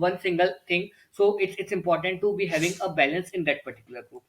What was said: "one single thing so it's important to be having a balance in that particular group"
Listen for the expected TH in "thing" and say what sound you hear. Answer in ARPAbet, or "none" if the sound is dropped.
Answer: T